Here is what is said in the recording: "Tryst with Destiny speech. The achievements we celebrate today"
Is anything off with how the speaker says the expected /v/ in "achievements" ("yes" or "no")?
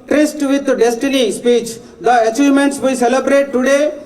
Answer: yes